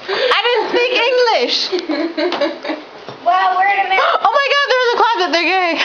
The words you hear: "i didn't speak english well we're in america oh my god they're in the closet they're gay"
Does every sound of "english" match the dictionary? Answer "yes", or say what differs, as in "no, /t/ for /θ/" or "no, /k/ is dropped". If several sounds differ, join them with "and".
yes